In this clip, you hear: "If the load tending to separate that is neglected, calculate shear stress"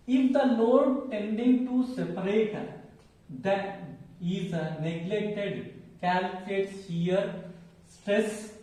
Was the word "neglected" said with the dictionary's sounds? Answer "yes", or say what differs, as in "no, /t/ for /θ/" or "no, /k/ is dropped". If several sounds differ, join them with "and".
yes